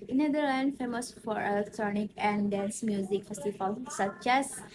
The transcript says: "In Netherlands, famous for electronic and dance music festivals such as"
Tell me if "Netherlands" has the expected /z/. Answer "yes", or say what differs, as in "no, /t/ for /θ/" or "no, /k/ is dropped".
no, /z/ is dropped